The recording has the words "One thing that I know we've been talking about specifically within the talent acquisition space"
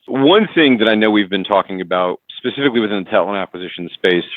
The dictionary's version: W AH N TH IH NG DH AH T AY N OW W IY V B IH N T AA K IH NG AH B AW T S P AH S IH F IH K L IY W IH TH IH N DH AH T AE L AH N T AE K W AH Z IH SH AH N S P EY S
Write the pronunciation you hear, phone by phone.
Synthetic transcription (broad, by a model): W AH N TH IH NG DH AH T AY N OW W IY V B IH N T AA K IH NG AH B AW T S P AH S IH F IH K L IY W IH TH IH N DH AH T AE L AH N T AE K W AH Z IH SH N S P EY S